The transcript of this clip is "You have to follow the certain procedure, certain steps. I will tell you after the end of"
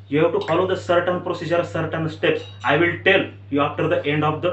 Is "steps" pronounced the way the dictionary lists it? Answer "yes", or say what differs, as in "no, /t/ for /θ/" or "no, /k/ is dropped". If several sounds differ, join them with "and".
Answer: yes